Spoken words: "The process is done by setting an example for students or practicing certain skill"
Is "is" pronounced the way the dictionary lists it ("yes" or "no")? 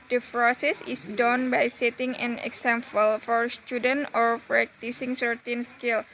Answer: no